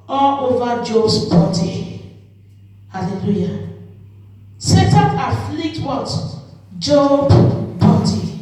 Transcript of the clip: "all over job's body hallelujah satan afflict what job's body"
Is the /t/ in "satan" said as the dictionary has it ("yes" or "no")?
yes